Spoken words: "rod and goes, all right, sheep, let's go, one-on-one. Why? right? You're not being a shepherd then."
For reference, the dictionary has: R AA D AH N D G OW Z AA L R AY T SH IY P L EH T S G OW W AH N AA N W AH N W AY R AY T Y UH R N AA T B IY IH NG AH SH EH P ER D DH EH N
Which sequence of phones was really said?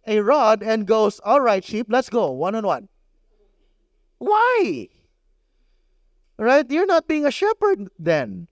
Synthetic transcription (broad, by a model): R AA D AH N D G OW S AA L R AY T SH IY P L EH T S G OW W AH N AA N W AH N W AY R AY T Y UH R N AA T B IY IH NG AH SH EH P ER D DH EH N